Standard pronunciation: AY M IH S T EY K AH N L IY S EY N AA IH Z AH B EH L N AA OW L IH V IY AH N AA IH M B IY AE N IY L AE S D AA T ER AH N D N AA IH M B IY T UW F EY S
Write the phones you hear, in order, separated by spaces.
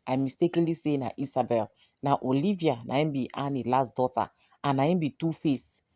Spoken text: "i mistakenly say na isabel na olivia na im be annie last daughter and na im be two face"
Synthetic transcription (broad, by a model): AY M IH S T EY K AH N L IY S EY N AA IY S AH B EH L N AA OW L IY V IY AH N AA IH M B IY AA N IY L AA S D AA T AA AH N N AA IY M B IY T UW F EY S